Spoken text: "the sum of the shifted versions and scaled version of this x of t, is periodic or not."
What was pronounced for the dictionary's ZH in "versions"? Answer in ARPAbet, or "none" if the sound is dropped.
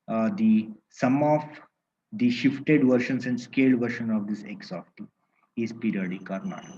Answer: SH